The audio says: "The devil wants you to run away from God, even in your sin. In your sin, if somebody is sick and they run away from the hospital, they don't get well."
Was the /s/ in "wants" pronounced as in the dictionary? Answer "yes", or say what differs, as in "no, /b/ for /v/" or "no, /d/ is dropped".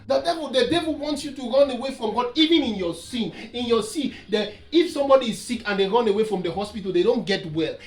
yes